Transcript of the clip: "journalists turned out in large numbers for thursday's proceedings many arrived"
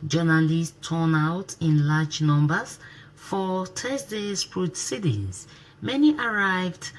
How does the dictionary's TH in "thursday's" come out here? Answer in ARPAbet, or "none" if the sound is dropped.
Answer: T